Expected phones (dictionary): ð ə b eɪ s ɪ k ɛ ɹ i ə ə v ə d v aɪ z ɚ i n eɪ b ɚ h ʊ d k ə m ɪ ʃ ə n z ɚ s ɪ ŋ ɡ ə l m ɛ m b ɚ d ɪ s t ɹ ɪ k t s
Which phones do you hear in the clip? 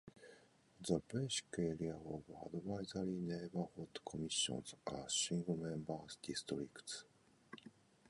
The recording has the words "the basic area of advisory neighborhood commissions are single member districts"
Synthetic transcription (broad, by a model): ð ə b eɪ ʃ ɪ k ɛ ɹ i ə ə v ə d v aɪ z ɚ i n eɪ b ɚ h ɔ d k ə m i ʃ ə n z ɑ ʃ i ŋ ɡ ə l m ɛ m b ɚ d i s t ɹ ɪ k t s